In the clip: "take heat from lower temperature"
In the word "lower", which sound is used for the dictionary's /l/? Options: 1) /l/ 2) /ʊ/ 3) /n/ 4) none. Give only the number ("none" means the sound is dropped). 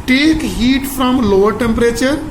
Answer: 1